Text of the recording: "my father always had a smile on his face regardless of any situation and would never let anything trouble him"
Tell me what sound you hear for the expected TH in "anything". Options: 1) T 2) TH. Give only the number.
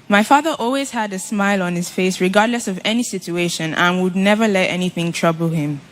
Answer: 2